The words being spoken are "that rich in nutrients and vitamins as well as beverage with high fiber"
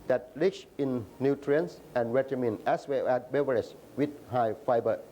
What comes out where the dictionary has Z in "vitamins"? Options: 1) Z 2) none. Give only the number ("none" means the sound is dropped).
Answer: 2